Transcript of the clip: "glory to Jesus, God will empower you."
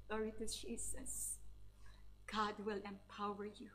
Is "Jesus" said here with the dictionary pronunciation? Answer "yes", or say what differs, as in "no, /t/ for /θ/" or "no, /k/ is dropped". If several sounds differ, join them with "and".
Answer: no, /s/ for /z/